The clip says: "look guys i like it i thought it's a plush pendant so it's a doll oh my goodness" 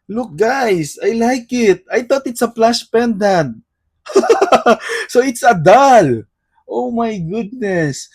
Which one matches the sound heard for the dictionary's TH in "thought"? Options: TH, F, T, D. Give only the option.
T